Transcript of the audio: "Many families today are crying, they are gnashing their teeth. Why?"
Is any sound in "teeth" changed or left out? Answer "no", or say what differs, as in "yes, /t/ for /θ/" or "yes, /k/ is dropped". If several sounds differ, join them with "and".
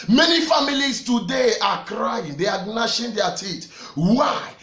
yes, /t/ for /θ/